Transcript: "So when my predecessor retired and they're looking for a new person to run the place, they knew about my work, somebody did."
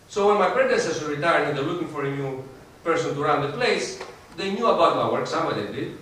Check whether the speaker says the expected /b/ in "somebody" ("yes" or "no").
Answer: no